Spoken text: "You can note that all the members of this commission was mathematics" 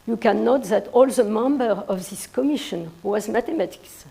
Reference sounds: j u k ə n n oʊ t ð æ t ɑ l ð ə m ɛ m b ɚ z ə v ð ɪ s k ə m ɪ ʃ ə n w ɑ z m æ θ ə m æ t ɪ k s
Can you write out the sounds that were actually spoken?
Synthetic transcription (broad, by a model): j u k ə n n oʊ t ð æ t ɑ l ð ə m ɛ m b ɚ ə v ð ɪ s k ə m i ʃ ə n w ɑ z m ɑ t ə m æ t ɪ k s